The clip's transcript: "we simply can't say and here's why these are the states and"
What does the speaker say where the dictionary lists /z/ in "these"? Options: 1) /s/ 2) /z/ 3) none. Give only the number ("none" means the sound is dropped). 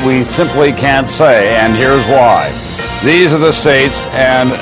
2